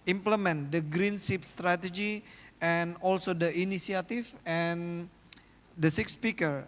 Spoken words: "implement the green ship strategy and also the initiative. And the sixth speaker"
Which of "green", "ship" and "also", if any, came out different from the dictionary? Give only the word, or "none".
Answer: ship